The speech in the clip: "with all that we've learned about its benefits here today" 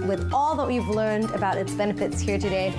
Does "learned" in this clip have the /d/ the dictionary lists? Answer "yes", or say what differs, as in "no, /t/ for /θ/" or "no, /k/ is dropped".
yes